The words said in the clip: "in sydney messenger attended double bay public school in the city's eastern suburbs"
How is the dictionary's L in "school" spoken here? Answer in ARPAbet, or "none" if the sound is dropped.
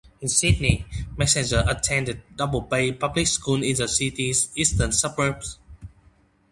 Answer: N